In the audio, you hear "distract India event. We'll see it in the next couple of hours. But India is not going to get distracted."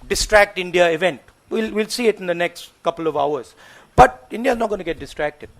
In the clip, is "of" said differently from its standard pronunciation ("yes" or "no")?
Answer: no